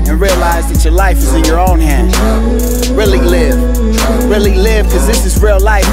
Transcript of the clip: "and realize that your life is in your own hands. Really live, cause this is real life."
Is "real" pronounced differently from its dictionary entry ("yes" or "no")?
no